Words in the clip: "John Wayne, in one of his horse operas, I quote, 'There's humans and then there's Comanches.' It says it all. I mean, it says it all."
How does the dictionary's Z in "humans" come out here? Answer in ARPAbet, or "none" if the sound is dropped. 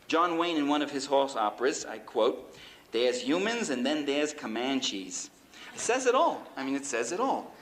Z